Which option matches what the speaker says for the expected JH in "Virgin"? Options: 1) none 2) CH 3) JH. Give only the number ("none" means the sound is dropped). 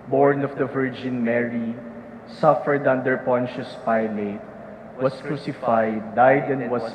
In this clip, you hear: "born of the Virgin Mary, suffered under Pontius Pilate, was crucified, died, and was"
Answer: 3